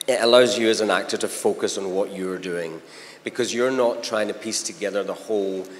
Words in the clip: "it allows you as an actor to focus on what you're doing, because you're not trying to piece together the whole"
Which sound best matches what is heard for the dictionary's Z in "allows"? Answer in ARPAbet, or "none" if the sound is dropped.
Z